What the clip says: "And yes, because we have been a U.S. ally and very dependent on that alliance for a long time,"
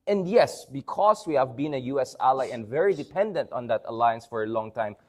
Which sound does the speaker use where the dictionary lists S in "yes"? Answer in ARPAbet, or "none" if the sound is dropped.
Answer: S